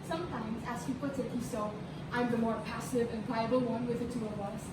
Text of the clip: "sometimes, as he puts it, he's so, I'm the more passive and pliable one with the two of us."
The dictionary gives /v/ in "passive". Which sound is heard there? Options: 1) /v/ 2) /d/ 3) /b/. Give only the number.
1